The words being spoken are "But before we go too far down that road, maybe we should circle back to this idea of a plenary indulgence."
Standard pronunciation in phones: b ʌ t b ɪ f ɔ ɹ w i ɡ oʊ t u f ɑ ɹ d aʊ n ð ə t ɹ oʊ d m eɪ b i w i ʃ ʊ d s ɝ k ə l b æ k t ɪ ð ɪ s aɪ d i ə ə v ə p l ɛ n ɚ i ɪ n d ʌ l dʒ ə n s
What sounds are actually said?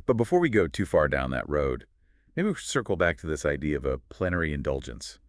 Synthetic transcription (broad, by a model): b ʌ t b ɪ f ɔ ɹ w i ɡ oʊ t u f ɑ ɹ d aʊ n ð ə t ɹ oʊ d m eɪ i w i s ɝ k l b æ k t ɪ ð ɪ s aɪ d i ə ə v ə p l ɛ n ɚ i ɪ n d ʌ l dʒ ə n s